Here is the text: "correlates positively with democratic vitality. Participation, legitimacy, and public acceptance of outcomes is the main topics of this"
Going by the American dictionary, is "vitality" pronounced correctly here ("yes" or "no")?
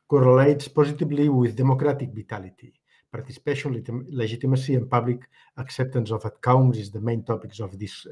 no